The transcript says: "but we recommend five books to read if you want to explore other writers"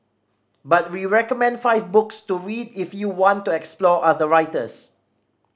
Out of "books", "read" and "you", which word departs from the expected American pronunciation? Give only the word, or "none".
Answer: none